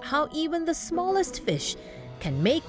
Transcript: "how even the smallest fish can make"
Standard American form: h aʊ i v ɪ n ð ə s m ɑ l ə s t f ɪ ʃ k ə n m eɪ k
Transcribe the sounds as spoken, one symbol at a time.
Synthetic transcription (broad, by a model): h aʊ i v ɪ n ð ə s m ɑ l ə s t f ɪ ʃ k ə n m eɪ k